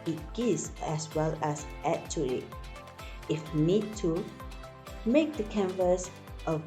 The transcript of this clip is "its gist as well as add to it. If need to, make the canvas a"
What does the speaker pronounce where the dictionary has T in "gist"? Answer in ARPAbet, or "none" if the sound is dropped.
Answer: none